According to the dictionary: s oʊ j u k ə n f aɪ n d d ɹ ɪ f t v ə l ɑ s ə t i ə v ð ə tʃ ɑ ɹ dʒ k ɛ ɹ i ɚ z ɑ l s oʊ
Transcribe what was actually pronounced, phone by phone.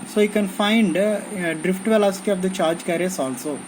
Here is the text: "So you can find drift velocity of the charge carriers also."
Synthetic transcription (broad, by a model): s oʊ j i k ə n f aɪ n d d ɹ ɪ f t v ə l ɑ s ə t i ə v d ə tʃ ɑ ɹ dʒ k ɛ ɹ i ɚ s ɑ l s oʊ